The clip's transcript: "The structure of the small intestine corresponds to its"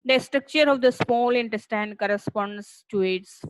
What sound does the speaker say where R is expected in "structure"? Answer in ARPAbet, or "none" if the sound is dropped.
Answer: R